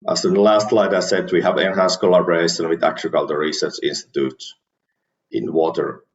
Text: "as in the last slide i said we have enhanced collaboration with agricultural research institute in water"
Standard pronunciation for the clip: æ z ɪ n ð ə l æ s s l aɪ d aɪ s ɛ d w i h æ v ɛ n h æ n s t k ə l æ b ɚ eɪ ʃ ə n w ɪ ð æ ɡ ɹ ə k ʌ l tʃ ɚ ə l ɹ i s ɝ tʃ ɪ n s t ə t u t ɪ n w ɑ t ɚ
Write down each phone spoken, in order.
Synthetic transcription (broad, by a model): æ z ɪ n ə l æ s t l aɪ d aɪ s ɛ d w i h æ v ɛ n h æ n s k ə l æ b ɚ eɪ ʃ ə n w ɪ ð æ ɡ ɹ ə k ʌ l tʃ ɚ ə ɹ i s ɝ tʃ ɪ n s t ə t u t ɪ n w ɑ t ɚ